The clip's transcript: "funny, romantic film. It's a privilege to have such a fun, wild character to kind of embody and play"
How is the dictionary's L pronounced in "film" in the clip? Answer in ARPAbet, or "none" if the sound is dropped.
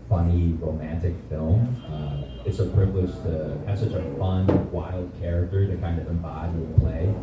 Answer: L